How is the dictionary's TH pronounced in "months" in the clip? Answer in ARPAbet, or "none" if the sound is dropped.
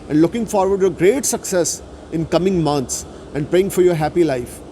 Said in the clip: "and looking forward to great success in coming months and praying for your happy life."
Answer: T